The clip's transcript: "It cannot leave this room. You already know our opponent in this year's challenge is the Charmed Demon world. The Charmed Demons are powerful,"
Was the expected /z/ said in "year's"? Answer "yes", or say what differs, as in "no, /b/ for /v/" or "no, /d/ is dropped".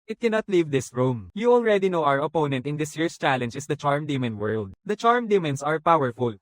no, /s/ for /z/